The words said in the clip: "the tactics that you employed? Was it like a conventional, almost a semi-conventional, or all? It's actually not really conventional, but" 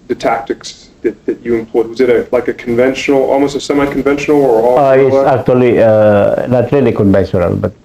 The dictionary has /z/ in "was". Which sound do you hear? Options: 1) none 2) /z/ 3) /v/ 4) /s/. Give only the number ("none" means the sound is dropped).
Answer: 2